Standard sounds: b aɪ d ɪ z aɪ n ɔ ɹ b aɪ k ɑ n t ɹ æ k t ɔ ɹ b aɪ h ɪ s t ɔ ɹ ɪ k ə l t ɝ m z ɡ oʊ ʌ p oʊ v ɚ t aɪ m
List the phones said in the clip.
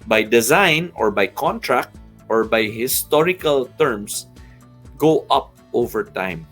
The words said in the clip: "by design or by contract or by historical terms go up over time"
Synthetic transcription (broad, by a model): b aɪ d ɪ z aɪ n ɔ ɹ b aɪ k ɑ n t ɹ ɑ k t ɔ ɹ b aɪ h ɪ s t ɔ ɹ ɪ k ə l t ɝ m s ɡ oʊ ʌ p oʊ v ɚ t aɪ m